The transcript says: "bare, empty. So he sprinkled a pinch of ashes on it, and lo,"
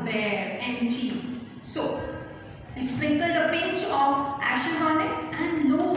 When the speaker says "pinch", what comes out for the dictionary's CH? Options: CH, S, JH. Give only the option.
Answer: S